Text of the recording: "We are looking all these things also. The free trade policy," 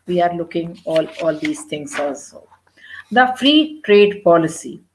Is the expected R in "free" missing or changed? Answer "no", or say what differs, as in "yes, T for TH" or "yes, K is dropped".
no